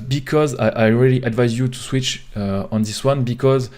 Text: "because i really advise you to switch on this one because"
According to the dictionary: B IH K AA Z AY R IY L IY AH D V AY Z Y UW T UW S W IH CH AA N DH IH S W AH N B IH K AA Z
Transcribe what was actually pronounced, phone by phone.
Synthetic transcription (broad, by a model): B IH K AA Z AY R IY L IY AH D V AY Z Y UW T UW S W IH CH AA N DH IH S W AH N B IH K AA Z